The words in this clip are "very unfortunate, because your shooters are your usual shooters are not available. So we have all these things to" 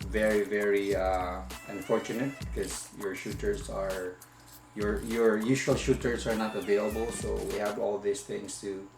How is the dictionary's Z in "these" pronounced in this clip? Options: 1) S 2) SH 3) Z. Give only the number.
1